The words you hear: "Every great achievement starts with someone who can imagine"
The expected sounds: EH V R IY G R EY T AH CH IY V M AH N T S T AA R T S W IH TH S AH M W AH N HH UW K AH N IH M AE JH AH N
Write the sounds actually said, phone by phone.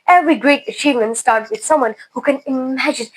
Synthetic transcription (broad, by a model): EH V R IY G R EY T AH CH IY V M AH N T S T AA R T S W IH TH S AH M W AH N HH UW K AH N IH M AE JH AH N